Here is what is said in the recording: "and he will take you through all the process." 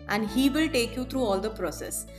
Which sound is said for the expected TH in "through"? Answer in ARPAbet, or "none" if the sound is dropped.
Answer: T